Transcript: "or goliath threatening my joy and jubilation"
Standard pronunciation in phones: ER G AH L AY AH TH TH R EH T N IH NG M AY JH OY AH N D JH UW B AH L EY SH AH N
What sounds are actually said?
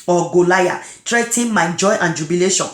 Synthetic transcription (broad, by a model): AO G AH L AY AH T R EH T IH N M AY JH OY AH N JH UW B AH L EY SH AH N